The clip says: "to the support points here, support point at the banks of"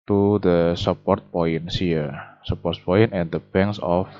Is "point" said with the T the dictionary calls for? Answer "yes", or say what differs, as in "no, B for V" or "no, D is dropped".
no, T is dropped